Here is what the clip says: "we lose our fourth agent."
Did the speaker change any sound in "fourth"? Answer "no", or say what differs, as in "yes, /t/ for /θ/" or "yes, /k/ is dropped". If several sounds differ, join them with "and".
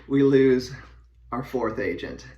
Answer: no